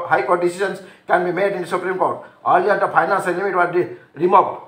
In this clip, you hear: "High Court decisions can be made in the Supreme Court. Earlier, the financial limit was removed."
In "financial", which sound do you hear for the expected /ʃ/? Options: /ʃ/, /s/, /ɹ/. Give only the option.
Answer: /s/